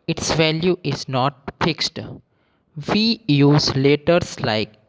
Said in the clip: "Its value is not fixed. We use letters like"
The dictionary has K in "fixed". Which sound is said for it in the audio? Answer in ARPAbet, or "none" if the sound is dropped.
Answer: K